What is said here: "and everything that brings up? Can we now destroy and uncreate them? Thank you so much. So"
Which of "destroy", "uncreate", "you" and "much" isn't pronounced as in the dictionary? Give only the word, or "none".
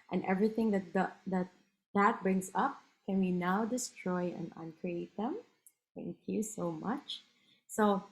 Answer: none